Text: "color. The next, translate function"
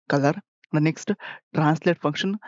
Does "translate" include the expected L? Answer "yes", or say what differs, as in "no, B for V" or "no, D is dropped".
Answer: yes